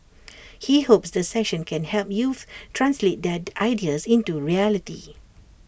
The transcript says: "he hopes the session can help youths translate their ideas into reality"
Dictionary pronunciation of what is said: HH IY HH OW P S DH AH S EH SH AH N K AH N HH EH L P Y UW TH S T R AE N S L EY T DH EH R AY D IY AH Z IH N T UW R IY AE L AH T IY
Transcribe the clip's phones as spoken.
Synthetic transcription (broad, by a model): HH IY HH OW P S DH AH S EH SH AH N K AH N HH EH L P Y UW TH T R AE N S L EY T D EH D AY D IY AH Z IH N T UW R IY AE L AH T IY